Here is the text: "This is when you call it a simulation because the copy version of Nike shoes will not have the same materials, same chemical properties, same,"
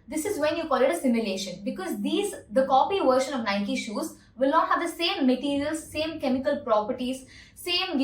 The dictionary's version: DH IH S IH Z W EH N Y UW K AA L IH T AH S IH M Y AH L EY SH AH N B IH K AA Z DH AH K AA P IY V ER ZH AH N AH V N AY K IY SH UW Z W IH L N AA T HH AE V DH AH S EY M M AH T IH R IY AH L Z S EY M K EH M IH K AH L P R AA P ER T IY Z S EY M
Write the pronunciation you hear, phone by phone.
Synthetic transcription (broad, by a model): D IH S IH Z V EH N Y UW K AA L IH T AH S IH M Y AH L EY SH AH N B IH K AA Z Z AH K AA P IY V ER SH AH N AH V N AY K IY SH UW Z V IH L N AA T HH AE V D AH S EY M M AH T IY R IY AH L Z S EY M K EH M IH K AH L P R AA P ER T IY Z S EY M